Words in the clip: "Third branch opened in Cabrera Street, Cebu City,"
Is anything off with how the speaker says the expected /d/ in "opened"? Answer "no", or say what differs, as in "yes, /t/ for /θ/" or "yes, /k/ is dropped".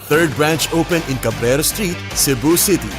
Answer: yes, /d/ is dropped